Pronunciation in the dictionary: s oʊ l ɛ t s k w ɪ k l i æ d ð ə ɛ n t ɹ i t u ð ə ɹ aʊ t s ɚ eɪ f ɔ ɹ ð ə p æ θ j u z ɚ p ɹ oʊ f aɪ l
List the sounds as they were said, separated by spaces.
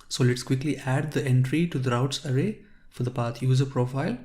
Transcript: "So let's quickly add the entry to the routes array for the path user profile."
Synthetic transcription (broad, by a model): s oʊ l ɛ t s k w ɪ k l i æ d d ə ɛ n t ɹ i t u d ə ɹ aʊ t s ɚ eɪ f ɔ ɹ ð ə p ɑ t j u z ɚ p ɹ oʊ f aɪ l